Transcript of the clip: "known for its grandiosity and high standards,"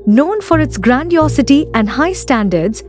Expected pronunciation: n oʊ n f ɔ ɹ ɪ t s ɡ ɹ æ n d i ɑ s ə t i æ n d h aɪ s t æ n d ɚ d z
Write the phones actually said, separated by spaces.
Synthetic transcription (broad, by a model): n oʊ n f ɔ ɹ ɪ t s ɡ ɹ æ n d i ɑ s ə t i æ n d h aɪ s t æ n d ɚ d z